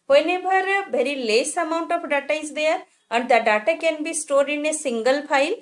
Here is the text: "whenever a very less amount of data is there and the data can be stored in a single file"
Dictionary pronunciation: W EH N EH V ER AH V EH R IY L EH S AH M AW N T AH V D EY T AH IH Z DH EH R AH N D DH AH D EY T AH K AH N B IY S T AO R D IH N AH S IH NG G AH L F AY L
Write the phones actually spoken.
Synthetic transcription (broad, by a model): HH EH N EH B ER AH B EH R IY L EH S AH M AW N T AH F D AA T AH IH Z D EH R AH N D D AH D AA T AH K AH N B IY S T AO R D IH N AH S IH NG G AH L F AY L